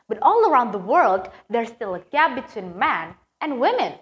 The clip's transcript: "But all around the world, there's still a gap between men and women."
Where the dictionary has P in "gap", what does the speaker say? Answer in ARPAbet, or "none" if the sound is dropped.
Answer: B